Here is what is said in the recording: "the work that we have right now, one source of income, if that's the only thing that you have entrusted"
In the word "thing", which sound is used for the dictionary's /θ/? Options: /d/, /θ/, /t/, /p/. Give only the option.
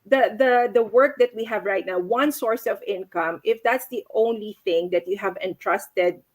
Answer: /θ/